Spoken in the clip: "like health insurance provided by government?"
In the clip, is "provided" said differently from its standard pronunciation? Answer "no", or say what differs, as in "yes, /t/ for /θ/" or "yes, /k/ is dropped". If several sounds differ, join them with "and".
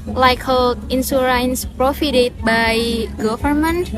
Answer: yes, /f/ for /v/